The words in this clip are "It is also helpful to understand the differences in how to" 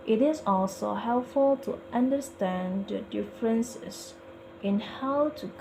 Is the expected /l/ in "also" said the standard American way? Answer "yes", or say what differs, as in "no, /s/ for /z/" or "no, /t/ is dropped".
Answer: yes